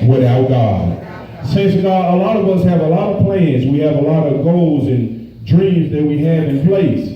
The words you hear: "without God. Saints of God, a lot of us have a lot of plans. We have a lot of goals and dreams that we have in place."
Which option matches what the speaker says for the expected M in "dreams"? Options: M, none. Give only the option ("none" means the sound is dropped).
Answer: M